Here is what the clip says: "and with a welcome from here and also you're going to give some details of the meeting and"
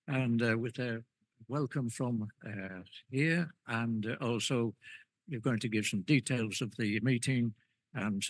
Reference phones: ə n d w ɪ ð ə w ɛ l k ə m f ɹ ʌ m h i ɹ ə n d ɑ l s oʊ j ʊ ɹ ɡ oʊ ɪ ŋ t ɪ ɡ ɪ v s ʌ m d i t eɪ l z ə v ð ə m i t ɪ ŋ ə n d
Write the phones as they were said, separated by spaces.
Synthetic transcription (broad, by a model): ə n w ɪ ð ə w ɛ l k ə m f ɹ ʌ m h i ɹ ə n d ɑ l s oʊ j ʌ ɹ ɡ oʊ ɪ ŋ t ɪ ɡ ɪ v s ʌ m d i t eɪ l z ə v ð ə m i t ɪ ŋ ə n